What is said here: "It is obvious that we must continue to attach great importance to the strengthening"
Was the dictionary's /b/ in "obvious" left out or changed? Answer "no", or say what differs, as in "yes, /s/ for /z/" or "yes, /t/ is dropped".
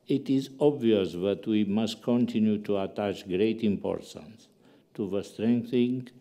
no